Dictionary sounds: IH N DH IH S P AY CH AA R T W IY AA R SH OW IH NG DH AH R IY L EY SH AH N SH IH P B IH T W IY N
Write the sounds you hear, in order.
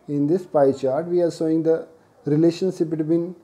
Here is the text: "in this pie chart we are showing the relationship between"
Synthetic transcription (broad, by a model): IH N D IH S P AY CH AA R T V IY AA R S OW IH NG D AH R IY L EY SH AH N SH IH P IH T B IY N